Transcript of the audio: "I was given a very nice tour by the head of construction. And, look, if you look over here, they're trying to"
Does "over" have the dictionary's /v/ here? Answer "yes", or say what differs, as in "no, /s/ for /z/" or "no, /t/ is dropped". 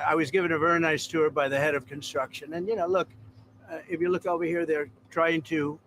yes